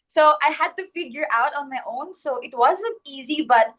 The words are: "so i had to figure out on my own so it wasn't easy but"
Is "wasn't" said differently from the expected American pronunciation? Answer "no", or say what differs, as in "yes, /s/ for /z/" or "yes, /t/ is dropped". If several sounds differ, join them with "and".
no